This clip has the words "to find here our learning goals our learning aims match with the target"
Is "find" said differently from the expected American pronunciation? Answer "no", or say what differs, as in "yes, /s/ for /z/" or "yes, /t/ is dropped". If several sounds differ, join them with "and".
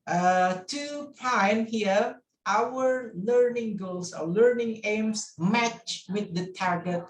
yes, /p/ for /f/